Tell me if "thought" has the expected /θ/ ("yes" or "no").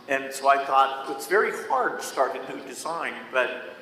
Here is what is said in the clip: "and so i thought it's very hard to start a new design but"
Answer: yes